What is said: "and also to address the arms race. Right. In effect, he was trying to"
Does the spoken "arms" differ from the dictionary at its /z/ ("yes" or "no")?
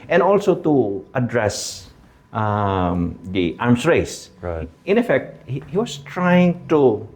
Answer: yes